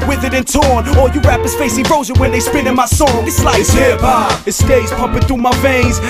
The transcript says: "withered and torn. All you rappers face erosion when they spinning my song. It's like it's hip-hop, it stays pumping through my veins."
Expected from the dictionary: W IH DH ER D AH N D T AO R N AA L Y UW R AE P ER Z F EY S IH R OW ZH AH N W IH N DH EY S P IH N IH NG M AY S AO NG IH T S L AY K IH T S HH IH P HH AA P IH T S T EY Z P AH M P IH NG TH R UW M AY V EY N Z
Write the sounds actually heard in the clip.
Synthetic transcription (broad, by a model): W IH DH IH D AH N T AO R N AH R Y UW R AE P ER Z F EY S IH R OW Z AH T W IH N DH EY S P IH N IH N M AY S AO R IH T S L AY IH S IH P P IH T S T EY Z P AH M P IH NG TH R UW M AY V EY N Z